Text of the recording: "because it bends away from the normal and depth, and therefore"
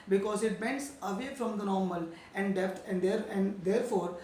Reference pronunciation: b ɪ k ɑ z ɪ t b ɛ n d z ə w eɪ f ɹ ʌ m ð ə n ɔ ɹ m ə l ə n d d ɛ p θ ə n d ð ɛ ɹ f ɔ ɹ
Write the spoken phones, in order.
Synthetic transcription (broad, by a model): b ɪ k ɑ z ɪ t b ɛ n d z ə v eɪ f ɹ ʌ m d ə n ɔ ɹ m ə l ə n d d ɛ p t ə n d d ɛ ɹ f ɔ ɹ